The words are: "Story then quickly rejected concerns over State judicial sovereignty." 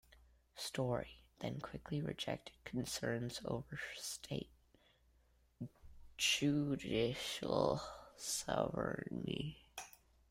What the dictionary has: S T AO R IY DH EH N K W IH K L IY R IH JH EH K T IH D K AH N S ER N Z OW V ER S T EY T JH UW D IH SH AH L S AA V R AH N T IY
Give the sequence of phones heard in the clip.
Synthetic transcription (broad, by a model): S T AO R IY DH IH N K W IH K L IY R IH JH EH K T IH D K N S ER N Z OW V ER S T EY T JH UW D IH SH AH L S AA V AH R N IY